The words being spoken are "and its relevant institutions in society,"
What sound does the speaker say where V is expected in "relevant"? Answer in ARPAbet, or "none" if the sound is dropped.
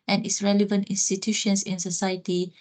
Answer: V